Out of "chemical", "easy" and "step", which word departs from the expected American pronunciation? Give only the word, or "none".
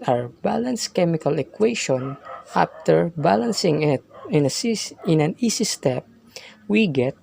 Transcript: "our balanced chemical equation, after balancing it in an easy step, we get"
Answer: easy